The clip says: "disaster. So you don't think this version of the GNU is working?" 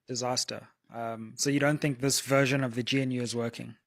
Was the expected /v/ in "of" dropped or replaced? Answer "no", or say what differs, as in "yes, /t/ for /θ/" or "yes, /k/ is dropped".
no